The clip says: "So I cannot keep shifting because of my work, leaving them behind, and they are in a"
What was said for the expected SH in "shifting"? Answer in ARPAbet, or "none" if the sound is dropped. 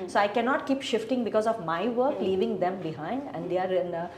SH